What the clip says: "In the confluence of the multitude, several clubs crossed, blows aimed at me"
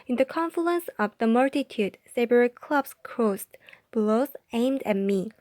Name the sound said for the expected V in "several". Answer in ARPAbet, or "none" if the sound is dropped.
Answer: B